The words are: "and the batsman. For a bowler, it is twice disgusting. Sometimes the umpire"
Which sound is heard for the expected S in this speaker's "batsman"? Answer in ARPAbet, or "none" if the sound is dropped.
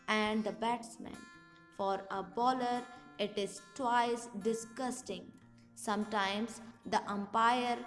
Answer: S